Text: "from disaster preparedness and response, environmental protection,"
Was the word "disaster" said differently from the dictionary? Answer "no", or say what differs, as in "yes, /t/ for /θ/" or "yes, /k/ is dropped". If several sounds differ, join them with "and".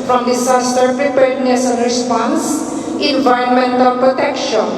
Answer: yes, /s/ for /z/